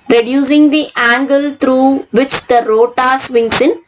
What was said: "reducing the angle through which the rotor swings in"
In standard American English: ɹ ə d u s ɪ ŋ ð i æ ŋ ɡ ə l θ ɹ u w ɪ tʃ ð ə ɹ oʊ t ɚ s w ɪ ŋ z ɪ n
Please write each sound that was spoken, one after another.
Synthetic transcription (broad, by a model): ɹ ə d u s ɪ ŋ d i æ ŋ ɡ ə l t ɹ u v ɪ tʃ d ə ɹ oʊ t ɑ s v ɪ ŋ s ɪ n